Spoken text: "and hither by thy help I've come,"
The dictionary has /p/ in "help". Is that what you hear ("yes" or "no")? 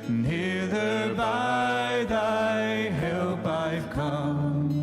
no